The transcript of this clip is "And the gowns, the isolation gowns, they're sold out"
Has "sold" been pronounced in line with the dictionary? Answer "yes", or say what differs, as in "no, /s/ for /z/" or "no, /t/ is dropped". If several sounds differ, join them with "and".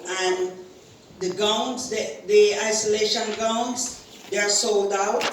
yes